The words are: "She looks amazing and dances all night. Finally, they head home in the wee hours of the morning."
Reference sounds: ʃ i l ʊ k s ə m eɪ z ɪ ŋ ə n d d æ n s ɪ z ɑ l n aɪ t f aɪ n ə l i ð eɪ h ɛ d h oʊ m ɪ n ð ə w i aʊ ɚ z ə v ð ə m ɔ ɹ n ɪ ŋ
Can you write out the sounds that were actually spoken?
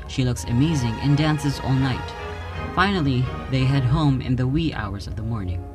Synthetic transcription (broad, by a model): ʃ i l ʊ k s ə m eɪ z ɪ ŋ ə n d d æ n s ɪ z ɑ l n aɪ t f aɪ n l i ð eɪ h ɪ d h oʊ m ɪ n ð ə w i aʊ ɚ z ə v ð ə m ɔ ɹ n ɪ ŋ